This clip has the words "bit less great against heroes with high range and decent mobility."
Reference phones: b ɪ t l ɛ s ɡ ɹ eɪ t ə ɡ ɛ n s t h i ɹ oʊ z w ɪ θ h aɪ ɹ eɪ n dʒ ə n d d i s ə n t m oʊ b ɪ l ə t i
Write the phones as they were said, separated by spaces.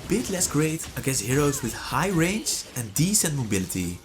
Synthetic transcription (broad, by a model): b ɪ t l ɛ s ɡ ɹ eɪ t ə ɡ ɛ s h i ɹ oʊ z w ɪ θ h aɪ ɹ eɪ n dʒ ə n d d i s ə n t m oʊ b ɪ l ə t i